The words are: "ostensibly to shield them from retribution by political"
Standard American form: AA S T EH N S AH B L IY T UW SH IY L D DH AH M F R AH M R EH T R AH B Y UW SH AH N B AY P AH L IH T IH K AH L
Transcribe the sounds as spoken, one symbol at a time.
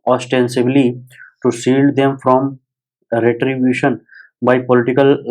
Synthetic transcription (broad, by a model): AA S T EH N S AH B L IY T UW S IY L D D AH M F R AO M R EH T R AH B Y UW SH AH N B AY P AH L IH T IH K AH L